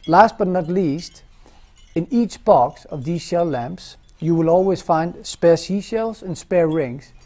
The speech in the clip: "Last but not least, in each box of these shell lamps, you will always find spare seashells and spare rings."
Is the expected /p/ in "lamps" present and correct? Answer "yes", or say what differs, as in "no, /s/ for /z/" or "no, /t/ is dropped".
yes